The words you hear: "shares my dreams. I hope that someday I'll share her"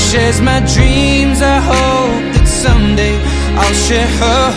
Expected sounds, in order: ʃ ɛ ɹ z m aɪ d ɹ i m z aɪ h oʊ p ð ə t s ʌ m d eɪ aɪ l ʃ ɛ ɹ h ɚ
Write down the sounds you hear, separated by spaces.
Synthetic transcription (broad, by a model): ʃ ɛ z m aɪ d ɹ i m z aɪ h oʊ p ð ə t s ʌ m d eɪ aɪ l ʃ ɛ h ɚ